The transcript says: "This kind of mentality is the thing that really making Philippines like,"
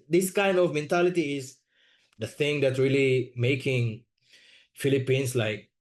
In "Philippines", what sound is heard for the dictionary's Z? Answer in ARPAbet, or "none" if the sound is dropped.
S